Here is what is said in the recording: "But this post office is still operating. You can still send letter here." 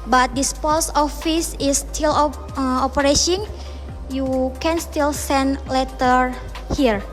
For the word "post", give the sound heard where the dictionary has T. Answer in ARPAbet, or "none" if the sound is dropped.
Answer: none